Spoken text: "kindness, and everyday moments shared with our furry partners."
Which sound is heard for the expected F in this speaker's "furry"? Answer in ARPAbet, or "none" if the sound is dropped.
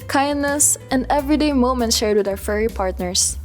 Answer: F